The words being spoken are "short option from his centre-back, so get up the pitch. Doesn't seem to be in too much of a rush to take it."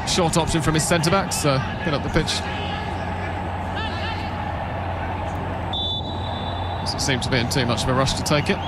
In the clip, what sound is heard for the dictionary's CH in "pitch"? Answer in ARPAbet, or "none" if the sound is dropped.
CH